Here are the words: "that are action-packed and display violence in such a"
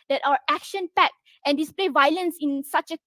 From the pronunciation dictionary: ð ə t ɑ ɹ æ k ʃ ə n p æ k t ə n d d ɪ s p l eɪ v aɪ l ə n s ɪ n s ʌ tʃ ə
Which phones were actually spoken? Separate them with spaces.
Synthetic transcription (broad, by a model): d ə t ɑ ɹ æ k ʃ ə n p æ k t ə n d d ɪ s p l eɪ v aɪ l ə n s ɪ n s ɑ tʃ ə